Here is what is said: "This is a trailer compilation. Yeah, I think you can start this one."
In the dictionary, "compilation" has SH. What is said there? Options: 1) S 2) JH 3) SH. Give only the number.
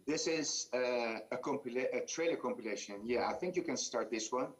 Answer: 3